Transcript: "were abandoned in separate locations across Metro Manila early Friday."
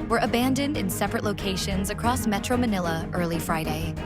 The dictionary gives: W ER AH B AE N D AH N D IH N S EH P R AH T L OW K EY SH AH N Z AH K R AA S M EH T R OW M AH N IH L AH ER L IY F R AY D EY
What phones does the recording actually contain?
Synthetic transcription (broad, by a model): W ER AH B AE N D AH N D IH N S EH P R AH T L OW K EY SH AH N Z AH K R AA S M EH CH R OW M AH N IH L AH ER L IY F R AY D EY